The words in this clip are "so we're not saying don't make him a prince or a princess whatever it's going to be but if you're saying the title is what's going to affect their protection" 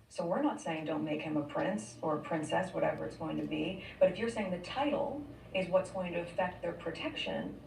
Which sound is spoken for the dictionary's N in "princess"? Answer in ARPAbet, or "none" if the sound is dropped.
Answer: N